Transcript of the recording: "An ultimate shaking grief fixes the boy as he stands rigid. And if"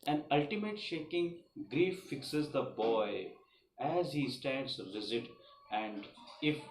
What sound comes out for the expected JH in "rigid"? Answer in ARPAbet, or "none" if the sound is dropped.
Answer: Z